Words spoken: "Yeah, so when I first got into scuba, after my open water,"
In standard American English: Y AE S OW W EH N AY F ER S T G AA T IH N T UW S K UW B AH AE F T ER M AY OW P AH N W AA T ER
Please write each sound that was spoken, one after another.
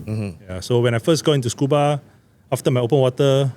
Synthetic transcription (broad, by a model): Y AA S OW W EH N AY F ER S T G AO IH N T UW S K UW B AH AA F T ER M AY OW P AH N W AA T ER